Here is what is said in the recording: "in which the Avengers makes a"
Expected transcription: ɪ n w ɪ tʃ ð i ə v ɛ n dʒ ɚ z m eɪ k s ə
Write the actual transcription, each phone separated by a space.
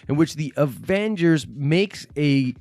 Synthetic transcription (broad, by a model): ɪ n w ɪ tʃ ð i ə v ɛ n dʒ ɚ z m eɪ k s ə